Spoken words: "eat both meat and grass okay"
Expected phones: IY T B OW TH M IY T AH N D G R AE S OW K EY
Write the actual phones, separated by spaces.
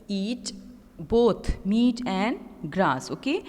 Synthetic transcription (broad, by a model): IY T B OW T M IY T AH N D G R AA S OW K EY